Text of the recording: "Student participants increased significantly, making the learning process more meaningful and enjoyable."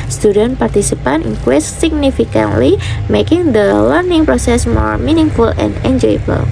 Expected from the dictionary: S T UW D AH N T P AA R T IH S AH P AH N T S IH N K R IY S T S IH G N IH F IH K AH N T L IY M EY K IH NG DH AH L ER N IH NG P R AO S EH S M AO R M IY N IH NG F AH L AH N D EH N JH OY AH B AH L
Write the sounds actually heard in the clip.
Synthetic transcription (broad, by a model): S T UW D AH N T P AA R T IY S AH P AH N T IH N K W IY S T S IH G N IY F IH K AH N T L IY M EY K IH NG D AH L ER N IH NG P R AO S EH S M AO R M IY N IH NG F AH L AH N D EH N JH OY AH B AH L